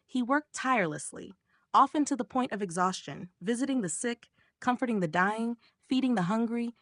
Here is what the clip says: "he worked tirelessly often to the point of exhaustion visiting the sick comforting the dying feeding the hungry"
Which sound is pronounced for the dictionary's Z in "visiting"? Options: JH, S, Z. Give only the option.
Z